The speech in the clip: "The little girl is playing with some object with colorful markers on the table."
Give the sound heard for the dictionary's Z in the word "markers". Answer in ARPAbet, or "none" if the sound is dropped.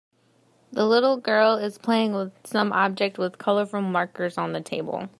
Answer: Z